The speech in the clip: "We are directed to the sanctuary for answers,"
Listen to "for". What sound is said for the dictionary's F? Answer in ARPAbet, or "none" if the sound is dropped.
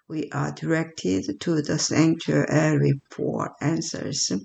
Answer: P